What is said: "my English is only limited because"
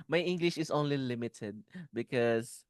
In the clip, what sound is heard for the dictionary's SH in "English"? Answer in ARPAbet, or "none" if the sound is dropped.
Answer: SH